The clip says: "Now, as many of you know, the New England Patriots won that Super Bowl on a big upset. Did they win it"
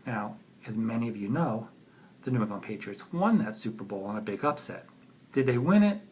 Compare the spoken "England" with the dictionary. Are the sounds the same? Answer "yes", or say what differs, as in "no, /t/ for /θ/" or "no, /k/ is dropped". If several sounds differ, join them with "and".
no, /ŋ/ is dropped and /l/ is dropped